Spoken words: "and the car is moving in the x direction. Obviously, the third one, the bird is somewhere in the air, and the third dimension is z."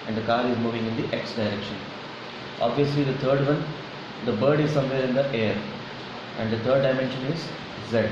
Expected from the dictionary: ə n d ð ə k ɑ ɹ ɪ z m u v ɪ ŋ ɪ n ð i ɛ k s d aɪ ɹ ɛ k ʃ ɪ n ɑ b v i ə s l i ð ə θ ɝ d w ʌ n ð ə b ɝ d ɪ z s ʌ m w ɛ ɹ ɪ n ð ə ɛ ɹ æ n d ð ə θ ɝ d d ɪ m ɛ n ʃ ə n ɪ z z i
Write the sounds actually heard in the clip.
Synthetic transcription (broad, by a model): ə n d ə k ɑ ɹ ɪ z m u v ɪ ŋ ɪ n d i ɛ k s d aɪ ɹ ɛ k ʃ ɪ n ɑ b v i ə s l i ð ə t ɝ d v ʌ n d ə b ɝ d ɪ z s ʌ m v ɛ ɹ ɪ n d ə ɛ ɹ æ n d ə t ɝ d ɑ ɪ m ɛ n ʃ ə n ɪ z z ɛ